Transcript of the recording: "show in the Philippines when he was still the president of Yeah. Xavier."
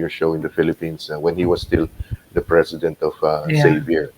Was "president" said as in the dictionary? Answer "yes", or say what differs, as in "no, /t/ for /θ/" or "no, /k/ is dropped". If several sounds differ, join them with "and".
no, /s/ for /z/